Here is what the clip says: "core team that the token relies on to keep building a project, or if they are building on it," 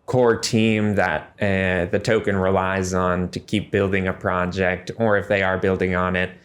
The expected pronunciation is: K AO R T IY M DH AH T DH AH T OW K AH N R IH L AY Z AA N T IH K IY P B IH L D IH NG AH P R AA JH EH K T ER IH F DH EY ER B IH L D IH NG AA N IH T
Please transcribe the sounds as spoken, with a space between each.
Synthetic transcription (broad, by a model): K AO R T IY M DH AH T DH AH T OW K AH N R IH L AY Z N T IH K IY P B IH L D IH NG AH P R AA JH EH K T ER IH F DH EY ER B IH L D IH NG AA N IH T